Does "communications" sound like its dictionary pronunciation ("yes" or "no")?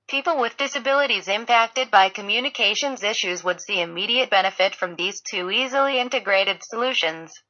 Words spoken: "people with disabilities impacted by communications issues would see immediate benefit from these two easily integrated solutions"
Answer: yes